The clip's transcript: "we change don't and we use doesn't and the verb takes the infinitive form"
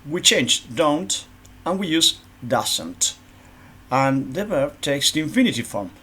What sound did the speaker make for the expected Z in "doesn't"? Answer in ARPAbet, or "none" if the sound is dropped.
S